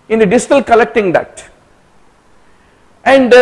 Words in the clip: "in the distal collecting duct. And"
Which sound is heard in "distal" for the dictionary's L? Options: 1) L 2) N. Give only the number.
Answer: 1